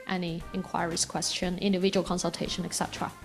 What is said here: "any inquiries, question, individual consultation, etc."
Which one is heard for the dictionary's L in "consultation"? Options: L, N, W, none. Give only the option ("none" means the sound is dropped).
L